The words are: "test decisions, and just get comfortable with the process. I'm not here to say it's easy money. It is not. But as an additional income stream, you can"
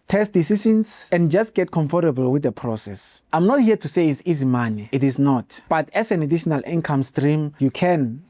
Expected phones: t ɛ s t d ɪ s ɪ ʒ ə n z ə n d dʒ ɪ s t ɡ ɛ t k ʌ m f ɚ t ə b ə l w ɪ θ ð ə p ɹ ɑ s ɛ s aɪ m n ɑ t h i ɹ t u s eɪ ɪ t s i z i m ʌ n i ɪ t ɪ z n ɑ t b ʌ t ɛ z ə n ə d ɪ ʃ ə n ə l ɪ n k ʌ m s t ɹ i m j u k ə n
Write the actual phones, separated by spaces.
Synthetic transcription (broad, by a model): t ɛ s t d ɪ s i ʃ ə n s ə n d dʒ ɪ s t ɡ ɛ t k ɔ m f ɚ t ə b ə l w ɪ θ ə p ɹ ɑ s ɛ s aɪ m n ɑ t h i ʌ t u s eɪ ɪ t s i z i m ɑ n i ɪ t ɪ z n ɑ t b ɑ t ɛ s ə n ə d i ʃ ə n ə l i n k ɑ m s t ɹ i m j u k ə n